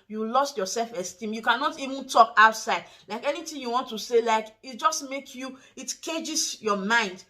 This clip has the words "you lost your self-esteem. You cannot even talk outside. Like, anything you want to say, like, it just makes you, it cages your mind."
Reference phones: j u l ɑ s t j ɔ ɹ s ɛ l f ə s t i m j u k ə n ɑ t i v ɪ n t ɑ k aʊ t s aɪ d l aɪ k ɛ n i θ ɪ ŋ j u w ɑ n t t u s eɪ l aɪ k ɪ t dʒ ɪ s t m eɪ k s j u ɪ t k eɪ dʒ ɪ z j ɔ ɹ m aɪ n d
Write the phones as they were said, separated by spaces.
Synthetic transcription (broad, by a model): j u l ɑ s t j ɔ s ɛ l f ə s t i m j u k ə n ɑ t i v ɪ n t ɑ k aʊ t s aɪ d l aɪ k ɛ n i t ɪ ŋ j u w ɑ n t t u s eɪ l aɪ k ɪ t dʒ ɪ s t m eɪ k j u ɪ t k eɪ dʒ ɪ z j ɔ m aɪ n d